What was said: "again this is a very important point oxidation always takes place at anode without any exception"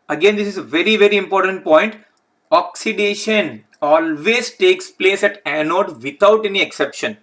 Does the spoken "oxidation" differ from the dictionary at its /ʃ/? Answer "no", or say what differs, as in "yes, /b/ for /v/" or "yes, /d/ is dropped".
no